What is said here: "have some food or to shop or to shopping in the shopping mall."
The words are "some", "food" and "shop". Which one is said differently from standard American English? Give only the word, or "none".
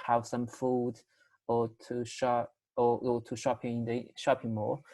shop